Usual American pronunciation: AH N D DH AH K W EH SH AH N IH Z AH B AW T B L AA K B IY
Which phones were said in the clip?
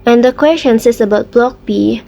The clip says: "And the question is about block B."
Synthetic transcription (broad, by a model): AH N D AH K W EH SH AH N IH S AH B AW T B L AA K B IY